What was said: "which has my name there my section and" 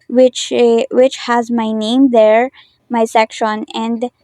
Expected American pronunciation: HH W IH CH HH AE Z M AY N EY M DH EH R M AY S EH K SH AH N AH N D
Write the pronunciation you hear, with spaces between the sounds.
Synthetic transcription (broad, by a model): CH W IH CH HH AE Z M AY N EY M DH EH R M AY S EH K SH AH N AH N D